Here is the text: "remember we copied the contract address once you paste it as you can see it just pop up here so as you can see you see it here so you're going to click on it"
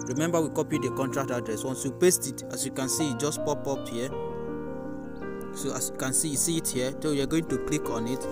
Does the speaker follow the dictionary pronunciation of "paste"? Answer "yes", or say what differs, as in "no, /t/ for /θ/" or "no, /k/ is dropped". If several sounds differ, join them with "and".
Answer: yes